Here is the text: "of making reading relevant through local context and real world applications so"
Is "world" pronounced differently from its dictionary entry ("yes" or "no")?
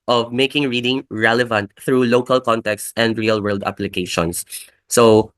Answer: no